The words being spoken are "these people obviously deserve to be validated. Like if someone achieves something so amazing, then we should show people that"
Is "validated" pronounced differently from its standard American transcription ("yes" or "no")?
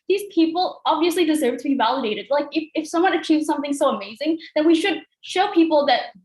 no